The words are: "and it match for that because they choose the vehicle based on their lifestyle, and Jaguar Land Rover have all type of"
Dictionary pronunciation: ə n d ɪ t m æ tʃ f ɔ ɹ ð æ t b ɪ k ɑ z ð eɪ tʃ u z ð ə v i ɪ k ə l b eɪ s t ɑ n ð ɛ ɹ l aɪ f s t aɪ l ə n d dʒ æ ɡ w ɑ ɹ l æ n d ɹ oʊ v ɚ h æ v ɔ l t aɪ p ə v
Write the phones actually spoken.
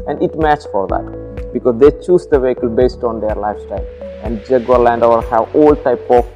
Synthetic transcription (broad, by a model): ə n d ɪ t m æ tʃ f ɔ ɹ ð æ t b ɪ k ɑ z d eɪ tʃ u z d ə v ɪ k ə l b eɪ s t ɑ n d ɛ ɹ l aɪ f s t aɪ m ə n d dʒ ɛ ɡ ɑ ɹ l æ n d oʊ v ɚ h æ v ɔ l t aɪ p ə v